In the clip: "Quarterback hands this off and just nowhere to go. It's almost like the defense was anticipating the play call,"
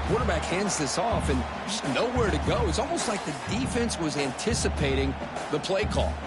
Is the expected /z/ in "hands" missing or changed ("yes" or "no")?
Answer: no